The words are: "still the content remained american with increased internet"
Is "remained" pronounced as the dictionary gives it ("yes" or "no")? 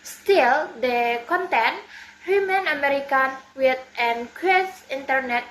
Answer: no